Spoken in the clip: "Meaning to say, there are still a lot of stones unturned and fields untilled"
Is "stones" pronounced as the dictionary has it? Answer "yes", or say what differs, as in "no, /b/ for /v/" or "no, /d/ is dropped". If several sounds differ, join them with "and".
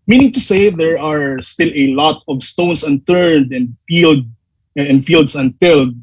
no, /s/ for /z/